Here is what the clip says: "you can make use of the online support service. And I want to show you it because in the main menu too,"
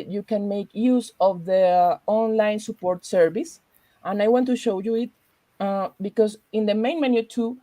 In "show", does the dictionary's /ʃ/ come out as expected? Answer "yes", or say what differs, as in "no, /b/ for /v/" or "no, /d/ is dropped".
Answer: yes